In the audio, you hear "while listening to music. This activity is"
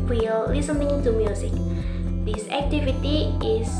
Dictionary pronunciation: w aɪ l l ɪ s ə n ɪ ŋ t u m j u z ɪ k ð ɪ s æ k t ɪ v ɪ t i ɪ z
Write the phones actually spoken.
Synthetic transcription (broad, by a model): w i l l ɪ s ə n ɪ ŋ t u m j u s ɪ k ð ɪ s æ k t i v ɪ t i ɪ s